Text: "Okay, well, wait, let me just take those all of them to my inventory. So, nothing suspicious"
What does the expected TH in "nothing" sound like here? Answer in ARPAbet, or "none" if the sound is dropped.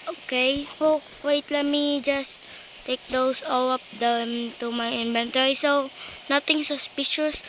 T